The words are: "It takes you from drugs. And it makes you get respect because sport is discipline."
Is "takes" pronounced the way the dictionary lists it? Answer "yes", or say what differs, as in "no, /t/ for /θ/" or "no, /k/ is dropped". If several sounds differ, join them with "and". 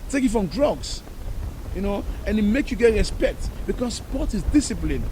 no, /s/ is dropped